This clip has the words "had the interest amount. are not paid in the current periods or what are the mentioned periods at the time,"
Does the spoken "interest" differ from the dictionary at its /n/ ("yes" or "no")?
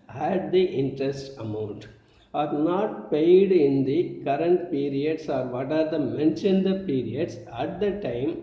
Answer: no